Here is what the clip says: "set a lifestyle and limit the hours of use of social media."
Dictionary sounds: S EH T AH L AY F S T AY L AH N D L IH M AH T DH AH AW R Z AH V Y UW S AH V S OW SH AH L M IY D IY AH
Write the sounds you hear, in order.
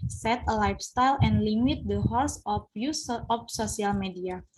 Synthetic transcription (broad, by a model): S EH T AH L AY F S T AY L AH N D L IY M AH T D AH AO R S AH F Y UW S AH F S OW S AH L M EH D IY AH